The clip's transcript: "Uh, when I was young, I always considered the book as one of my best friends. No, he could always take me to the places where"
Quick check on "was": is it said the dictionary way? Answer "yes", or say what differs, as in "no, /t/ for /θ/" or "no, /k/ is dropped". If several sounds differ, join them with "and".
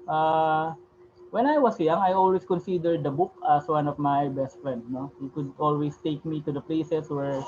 no, /s/ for /z/